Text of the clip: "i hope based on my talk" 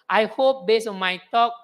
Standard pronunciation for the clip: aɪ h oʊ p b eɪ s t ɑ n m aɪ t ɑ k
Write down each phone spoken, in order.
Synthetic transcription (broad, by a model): aɪ h oʊ p b eɪ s ɑ n m aɪ t ɑ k